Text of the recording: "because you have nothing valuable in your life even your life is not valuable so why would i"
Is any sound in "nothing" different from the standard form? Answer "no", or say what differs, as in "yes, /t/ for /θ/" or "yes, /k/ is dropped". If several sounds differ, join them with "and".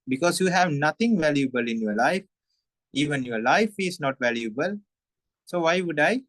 yes, /t/ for /θ/